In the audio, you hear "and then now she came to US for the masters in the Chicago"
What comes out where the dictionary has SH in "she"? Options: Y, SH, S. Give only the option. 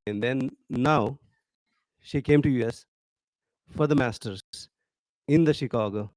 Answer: SH